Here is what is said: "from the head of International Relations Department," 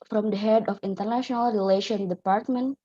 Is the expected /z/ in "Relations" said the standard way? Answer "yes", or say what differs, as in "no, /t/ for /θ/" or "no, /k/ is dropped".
no, /z/ is dropped